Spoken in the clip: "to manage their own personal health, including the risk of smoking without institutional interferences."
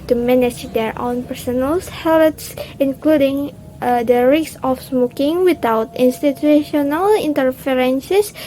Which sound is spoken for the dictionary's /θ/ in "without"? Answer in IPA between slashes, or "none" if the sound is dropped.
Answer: /t/